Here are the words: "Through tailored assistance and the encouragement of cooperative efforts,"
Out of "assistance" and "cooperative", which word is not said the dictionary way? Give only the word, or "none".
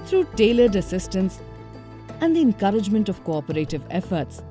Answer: none